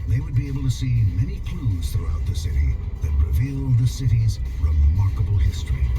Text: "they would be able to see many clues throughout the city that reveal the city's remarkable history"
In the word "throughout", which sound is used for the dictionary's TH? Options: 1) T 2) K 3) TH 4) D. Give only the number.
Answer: 3